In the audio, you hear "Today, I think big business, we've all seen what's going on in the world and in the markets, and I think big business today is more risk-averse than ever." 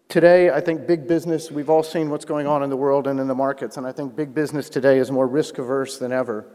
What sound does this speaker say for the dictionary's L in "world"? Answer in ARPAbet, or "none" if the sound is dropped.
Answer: L